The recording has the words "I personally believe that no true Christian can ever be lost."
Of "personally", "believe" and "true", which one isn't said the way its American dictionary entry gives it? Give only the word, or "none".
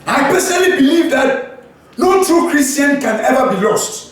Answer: personally